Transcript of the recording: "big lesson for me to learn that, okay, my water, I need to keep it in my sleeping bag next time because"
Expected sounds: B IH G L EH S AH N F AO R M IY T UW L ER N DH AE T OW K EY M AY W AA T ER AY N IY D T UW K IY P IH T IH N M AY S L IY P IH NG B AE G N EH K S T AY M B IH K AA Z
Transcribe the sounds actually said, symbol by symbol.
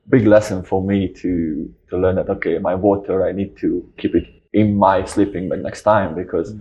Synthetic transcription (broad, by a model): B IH G L EH S AH N F AO R M IY T UW L ER N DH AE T OW K EY M AY W AA T ER AY N IY D T UW K IY P IH T IH N M AY S L IY P IH NG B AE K N EH K S T AY M B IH K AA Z